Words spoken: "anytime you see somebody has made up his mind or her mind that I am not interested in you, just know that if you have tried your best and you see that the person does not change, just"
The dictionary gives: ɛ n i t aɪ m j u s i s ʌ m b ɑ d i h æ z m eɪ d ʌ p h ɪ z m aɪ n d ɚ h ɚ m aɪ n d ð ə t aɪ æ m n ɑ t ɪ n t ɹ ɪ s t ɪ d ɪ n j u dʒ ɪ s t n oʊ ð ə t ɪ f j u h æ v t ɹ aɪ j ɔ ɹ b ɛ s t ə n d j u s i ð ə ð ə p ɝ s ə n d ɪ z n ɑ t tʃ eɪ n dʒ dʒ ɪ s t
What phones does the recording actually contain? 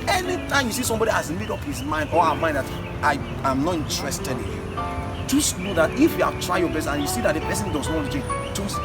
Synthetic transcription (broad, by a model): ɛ n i t aɪ m j u s i s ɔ m b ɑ d i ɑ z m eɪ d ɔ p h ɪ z m aɪ n d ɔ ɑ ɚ m aɪ n d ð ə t aɪ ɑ m n ɑ t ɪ n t ɹ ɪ s t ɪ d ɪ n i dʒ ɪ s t n oʊ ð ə t ɪ f j u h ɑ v t ɹ aɪ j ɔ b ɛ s ə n j u s i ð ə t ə p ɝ s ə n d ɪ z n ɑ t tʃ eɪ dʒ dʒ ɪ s